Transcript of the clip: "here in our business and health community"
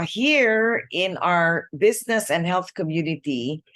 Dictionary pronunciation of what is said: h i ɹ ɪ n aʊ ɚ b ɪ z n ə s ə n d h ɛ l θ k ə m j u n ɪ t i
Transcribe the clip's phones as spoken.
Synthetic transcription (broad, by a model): h i ɹ ɪ n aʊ ɚ b ɪ z n ə s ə n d h ɛ l θ k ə m j u n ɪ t i